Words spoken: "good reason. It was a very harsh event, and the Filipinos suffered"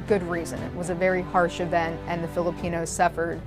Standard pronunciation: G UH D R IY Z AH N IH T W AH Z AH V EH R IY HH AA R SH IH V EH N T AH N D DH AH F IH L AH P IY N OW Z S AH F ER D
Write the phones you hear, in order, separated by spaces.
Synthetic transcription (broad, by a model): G UH D R IY Z AH N IH T W AH Z AH V EH R IY HH AA R SH IH V EH N T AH N DH AH F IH L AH P IY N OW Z S AH F ER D